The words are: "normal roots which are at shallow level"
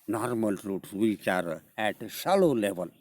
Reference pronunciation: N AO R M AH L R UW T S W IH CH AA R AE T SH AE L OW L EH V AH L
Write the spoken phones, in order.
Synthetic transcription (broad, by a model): N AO R M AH L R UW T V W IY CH AA R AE T S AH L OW L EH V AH L